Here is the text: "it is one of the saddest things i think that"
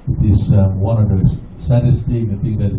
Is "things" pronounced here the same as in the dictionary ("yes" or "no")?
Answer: no